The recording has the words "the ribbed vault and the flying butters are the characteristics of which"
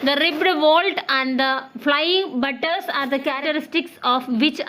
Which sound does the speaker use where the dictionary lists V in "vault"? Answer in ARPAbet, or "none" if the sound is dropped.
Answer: V